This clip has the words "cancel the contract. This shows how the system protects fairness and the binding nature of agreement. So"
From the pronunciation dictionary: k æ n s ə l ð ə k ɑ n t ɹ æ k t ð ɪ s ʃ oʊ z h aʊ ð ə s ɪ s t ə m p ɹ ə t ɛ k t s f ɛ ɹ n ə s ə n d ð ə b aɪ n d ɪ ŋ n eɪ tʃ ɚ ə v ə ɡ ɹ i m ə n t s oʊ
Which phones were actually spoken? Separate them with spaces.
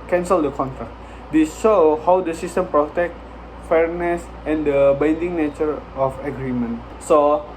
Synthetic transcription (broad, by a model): k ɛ n s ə l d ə k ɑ n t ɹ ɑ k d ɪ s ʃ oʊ h aʊ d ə s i s t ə m p ɹ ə t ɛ k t f ɛ ɹ n ə s ə n d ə b aɪ n d ɪ ŋ n eɪ tʃ ɚ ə f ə ɡ ɹ i m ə n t s oʊ